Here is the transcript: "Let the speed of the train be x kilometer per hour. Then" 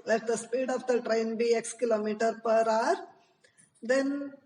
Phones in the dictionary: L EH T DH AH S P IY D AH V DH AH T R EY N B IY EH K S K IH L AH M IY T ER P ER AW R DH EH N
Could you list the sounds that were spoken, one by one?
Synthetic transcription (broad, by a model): L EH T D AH S P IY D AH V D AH T R EY N B IY EH K S K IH L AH M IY T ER P ER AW R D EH N